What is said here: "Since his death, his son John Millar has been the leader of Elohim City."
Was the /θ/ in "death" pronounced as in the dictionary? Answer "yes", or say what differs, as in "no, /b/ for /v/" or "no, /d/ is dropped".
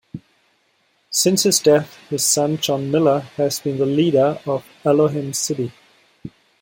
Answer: yes